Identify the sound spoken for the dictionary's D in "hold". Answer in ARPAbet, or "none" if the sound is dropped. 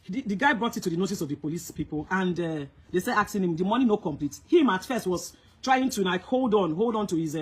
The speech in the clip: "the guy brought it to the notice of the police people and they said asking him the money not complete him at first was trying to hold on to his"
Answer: D